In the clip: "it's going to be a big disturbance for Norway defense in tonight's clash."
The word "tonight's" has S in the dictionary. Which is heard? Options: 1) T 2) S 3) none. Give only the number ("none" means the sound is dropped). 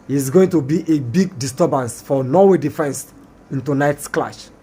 2